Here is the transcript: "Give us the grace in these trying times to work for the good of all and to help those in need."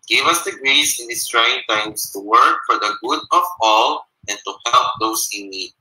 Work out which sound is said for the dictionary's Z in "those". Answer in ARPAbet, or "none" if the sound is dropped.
S